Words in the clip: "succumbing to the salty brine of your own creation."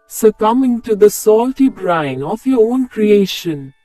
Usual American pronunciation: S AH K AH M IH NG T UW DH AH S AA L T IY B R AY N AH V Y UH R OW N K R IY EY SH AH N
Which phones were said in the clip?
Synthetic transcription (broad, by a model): S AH K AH M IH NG T UW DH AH S AA L T IY B R AY N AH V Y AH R OW N K R IY EY SH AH N